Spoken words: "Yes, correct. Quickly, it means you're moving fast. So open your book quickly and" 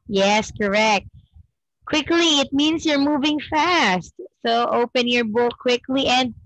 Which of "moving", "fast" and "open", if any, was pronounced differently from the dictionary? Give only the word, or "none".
none